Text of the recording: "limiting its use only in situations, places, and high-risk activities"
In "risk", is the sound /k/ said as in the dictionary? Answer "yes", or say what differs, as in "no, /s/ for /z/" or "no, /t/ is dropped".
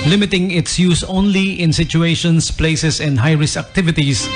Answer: no, /k/ is dropped